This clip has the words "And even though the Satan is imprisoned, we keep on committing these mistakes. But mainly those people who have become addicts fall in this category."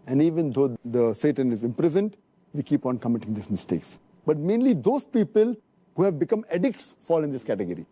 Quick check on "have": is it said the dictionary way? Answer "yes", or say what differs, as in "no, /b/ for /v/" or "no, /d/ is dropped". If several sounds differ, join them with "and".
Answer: yes